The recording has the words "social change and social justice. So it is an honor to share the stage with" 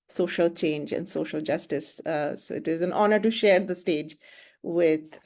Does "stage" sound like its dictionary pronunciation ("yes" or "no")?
yes